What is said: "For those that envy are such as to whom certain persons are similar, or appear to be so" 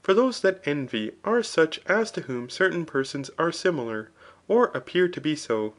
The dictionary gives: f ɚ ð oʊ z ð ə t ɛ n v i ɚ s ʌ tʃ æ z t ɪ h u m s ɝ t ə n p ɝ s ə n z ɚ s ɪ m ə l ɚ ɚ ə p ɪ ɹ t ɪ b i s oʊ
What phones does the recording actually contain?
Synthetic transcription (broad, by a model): f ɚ ð oʊ z ð ə t ɛ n v i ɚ s ʌ tʃ æ z t ɪ h u m s ɝ t n p ɝ s ə n z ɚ s ɪ m l ɚ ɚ ə p ɪ ɹ t ɪ b i s oʊ